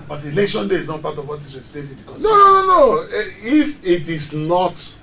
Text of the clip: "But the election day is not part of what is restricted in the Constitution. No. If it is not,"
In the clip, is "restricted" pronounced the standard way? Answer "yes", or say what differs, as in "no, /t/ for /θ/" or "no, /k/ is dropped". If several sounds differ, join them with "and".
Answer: no, /ɹ/ is dropped and /k/ is dropped